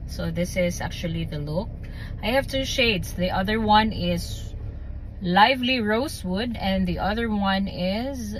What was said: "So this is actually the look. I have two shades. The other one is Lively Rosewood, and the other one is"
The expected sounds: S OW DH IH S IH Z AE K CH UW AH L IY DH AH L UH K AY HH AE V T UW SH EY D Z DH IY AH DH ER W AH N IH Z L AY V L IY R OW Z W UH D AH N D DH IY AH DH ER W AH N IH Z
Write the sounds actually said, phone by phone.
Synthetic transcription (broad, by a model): S OW DH IH S IH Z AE K CH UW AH L IY DH AH L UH K AY HH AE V T UW SH EY D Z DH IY AH DH ER W AH N IH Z L AY V L IY R OW S W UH D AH N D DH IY AH DH ER W AH N IH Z